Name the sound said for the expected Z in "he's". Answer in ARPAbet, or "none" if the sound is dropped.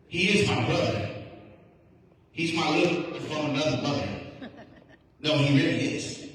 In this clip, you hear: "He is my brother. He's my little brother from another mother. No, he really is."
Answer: Z